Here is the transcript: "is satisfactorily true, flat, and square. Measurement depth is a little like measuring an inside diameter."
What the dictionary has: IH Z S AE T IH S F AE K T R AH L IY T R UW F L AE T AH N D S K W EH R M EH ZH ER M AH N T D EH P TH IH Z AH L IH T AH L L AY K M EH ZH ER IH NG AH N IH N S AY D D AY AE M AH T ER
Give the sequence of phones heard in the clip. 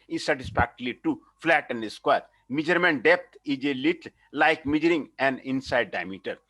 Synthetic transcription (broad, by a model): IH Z S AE T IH S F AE K T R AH L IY T UW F L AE T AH N D S K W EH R M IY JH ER M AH N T D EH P T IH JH AH L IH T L L AY K M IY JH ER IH NG AH N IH N S AY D D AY M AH T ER